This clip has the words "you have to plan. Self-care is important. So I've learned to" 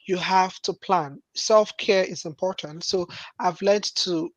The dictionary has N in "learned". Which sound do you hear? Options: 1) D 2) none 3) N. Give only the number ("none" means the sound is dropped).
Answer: 2